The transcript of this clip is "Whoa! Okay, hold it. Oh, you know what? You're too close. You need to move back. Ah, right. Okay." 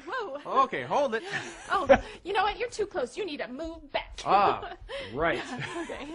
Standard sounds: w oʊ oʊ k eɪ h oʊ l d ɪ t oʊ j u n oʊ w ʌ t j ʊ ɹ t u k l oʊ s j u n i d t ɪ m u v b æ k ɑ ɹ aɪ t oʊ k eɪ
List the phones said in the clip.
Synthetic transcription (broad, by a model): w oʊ oʊ k eɪ h oʊ l d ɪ t oʊ j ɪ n oʊ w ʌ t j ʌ ɹ t u k l oʊ s j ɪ n i d t ɪ m u v b æ k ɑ ɹ aɪ oʊ k eɪ